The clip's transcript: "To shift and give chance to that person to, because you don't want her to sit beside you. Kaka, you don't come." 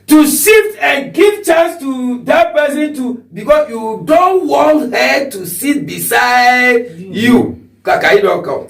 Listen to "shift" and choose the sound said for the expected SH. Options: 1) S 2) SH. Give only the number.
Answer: 1